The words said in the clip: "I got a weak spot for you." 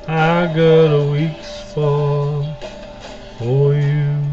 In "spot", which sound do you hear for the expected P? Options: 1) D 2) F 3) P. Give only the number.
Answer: 2